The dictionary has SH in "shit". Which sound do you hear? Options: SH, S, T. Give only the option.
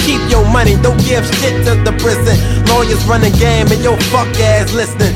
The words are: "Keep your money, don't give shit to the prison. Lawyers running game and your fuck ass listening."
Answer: S